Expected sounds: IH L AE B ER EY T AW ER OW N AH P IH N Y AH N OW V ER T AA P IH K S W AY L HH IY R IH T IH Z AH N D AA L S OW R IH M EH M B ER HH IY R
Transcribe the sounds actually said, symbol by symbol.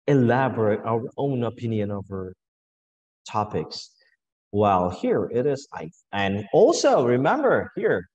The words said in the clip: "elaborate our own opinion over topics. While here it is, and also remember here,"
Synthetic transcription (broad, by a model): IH L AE B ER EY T AW ER OW N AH P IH N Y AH N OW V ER T AA P IH K S W AY L HH IY R IH T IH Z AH N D AA L S OW R IH M EH M B ER HH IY R